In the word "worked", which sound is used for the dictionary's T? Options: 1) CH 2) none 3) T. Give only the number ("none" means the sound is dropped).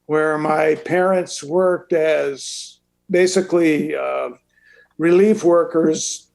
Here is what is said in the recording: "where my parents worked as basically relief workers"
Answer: 3